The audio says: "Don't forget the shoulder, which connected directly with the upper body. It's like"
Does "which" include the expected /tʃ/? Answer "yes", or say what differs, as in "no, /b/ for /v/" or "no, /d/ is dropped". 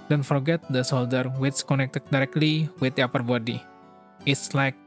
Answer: no, /s/ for /tʃ/